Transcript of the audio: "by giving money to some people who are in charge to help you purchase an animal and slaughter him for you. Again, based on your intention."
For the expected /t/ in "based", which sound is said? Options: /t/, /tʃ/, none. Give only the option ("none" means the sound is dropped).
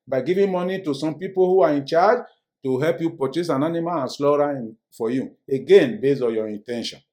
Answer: none